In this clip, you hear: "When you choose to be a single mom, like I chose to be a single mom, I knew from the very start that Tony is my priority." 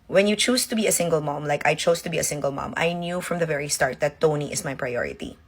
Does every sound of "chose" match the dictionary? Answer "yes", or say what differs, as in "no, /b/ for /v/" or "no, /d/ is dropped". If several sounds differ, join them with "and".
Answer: no, /s/ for /z/